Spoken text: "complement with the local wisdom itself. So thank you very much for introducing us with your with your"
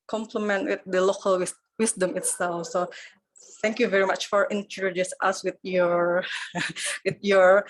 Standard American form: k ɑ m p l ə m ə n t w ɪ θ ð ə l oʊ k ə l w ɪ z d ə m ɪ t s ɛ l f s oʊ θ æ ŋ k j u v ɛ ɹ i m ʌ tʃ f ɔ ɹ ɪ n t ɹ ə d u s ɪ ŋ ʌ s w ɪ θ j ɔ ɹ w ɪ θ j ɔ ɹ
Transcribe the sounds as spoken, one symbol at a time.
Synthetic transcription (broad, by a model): k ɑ m p l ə m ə n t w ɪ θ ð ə l oʊ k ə l w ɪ s d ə m ɪ t s ɛ l f s oʊ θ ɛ ŋ k j u v ɛ ɹ i m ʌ tʃ f ɔ ɹ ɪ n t ə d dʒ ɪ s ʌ s w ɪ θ j ɔ ɹ w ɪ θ j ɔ ɹ